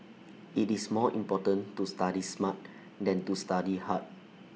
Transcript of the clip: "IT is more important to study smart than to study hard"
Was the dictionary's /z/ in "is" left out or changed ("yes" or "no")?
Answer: yes